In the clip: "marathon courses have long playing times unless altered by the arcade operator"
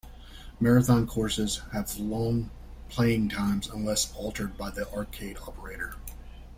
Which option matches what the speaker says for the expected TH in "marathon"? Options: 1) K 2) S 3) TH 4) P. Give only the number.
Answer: 3